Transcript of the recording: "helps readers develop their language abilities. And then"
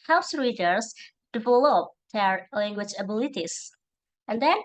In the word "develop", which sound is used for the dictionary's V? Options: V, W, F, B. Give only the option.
F